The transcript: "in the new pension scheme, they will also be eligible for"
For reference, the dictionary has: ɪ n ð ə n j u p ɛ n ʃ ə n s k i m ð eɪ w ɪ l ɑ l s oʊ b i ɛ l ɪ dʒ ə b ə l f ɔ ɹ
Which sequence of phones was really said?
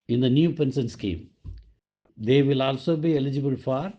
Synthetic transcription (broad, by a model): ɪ n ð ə n j u p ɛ n s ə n s k i m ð eɪ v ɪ l ɑ l s oʊ b i ɛ l ɪ dʒ ə b ə l f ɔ ɹ